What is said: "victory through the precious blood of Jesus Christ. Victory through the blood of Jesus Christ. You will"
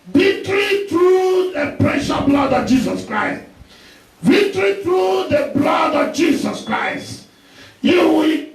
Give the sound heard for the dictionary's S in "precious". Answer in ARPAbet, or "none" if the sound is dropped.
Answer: none